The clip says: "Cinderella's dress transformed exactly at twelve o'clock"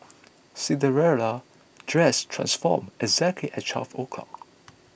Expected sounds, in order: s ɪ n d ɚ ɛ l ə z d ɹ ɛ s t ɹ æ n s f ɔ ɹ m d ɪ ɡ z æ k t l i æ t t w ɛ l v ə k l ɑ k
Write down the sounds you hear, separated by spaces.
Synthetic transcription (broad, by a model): s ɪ d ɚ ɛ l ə d ɹ ɛ s t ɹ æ n s f ɔ m ɪ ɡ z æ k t l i t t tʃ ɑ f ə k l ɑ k